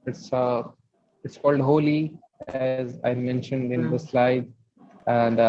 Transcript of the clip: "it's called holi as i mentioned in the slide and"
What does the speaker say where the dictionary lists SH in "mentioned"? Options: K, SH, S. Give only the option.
SH